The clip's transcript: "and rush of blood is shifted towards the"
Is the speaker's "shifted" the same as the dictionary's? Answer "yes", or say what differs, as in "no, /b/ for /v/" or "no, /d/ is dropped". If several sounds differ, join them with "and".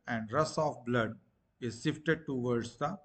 no, /s/ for /ʃ/